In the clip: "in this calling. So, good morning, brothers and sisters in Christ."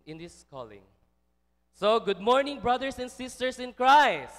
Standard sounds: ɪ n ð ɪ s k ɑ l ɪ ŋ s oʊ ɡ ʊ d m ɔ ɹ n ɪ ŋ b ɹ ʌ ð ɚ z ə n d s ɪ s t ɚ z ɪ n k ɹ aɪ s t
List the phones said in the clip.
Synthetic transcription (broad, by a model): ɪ n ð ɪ s k ɑ l ɪ ŋ s oʊ ɡ ʊ d m ɔ ɹ n ɪ ŋ b ɹ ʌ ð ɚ s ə n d s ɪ s t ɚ s ɪ n k ɹ aɪ s